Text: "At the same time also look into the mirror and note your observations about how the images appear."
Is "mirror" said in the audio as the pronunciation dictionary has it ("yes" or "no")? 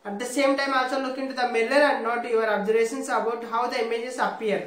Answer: no